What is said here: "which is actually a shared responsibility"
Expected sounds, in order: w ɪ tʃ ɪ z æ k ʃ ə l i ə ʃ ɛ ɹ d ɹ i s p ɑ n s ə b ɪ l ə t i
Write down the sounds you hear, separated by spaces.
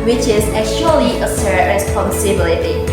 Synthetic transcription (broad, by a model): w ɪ tʃ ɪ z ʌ ʃ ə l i ə s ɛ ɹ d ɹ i s p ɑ n s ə b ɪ l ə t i